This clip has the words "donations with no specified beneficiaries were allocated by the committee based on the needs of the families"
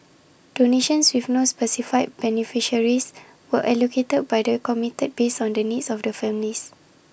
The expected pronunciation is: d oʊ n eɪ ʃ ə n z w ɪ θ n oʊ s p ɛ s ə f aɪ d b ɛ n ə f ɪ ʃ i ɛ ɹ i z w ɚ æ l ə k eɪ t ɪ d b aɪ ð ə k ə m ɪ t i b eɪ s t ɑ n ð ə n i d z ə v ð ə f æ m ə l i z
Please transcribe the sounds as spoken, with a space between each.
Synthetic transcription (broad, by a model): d oʊ n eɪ ʃ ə n s w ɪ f n oʊ s p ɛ s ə f aɪ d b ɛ n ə f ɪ ʃ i ɹ i s w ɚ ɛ l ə k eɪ t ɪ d b aɪ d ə k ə m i t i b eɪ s ɑ n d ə n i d s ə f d ə f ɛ m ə l i s